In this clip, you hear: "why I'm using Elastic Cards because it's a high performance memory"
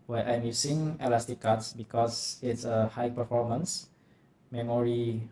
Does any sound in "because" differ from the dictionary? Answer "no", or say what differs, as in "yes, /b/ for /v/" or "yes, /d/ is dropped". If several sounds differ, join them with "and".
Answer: yes, /s/ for /z/